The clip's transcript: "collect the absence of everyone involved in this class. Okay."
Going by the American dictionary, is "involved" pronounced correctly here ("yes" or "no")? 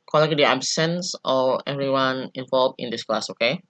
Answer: no